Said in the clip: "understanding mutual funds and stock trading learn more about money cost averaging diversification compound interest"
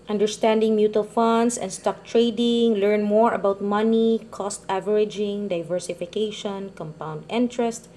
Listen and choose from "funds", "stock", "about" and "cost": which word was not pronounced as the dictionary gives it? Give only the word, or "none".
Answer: funds